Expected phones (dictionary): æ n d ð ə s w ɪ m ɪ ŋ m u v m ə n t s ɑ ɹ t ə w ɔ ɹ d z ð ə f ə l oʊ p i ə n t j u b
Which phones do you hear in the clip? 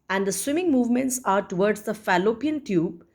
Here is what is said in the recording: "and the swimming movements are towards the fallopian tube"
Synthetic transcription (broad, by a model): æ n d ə s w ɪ m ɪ ŋ m u v m ə n t s ɑ ɹ t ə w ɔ ɹ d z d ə f ə l oʊ p i ə n t j u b